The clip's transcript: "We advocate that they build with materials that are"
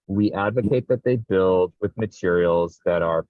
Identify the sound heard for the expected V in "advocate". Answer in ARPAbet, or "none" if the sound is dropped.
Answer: V